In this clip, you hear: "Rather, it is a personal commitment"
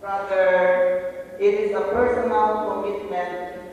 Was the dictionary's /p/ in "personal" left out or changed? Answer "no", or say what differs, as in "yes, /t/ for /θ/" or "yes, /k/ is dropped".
no